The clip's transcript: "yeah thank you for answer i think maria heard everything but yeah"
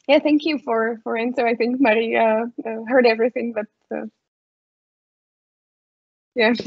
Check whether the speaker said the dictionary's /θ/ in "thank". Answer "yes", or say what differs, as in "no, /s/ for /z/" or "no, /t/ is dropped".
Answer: yes